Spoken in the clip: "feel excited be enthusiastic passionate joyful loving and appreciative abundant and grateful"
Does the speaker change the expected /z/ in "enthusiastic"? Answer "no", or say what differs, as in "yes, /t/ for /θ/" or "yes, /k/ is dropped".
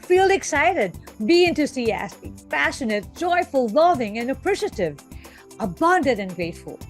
yes, /s/ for /z/